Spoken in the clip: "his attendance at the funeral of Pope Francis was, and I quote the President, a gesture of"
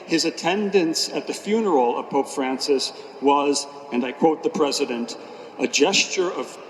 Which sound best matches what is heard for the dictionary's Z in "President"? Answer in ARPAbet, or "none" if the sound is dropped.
Z